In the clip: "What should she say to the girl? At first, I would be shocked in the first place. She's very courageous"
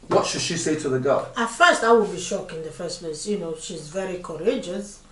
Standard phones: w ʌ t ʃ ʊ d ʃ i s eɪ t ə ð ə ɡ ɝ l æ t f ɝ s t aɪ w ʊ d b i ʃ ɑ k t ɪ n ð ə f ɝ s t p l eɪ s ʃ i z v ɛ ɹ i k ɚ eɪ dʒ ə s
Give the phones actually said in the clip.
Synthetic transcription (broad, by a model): w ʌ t ʃ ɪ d ʃ i s eɪ t ə ð ə ɡ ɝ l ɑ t f ɝ s t aɪ w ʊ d b i ʃ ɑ k ɪ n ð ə f ɝ s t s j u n ʃ i z v ɛ ɹ i k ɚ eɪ dʒ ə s